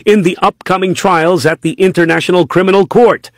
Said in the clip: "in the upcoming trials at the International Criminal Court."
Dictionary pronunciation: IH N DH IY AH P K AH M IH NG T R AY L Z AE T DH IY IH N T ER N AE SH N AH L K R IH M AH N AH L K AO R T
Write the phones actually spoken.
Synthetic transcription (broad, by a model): IH N DH IY AH P K AH M IH NG T R AY L Z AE T DH IY IH N T ER N AE SH N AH L K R IH M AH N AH L K AO R T